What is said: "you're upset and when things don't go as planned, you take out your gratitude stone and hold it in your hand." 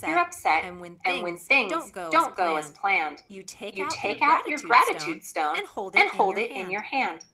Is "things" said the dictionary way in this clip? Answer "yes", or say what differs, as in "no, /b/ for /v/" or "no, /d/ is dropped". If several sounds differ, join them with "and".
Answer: yes